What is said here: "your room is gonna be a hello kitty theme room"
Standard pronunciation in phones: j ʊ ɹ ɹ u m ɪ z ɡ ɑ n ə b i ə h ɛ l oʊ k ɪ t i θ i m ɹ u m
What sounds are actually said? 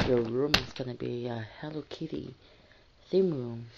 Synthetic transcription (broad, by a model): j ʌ ɹ ɹ u m ɪ z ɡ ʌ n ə b i ə h ɛ l oʊ k ɪ t i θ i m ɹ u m